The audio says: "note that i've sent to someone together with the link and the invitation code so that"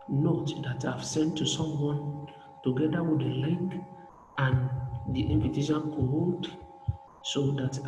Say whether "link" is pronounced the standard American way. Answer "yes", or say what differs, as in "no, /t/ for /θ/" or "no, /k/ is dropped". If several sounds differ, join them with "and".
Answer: no, /ŋ/ is dropped